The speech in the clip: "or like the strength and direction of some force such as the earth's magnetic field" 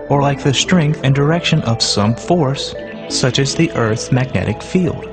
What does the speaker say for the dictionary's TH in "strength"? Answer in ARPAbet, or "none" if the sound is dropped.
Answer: TH